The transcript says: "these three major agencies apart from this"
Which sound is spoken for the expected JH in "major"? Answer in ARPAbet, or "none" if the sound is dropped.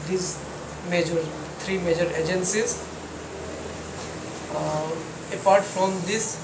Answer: JH